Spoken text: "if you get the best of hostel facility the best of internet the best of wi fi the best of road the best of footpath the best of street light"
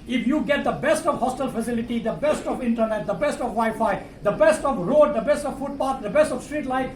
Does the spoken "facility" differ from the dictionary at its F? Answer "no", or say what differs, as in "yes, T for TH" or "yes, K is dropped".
no